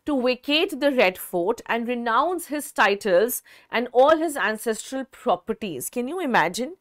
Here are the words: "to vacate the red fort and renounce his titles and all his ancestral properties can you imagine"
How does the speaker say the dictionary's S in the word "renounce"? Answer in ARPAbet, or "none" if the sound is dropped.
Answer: S